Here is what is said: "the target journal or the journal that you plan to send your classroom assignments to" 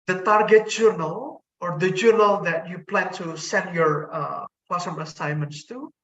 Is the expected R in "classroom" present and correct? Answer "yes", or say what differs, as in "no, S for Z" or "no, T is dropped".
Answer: no, R is dropped